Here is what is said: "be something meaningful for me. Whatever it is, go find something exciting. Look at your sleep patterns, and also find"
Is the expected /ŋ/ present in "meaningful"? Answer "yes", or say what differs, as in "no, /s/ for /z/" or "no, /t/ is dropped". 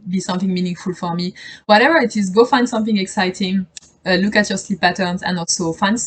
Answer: yes